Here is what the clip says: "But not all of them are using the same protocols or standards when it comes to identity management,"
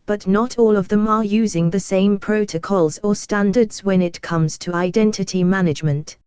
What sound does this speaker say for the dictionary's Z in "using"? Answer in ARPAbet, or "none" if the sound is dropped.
Z